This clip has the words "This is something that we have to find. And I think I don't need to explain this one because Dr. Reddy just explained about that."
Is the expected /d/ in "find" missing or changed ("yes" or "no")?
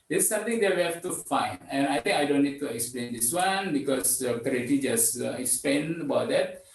yes